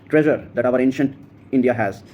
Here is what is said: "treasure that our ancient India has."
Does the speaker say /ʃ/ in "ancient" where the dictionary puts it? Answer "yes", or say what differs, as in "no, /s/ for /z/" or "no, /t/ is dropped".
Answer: yes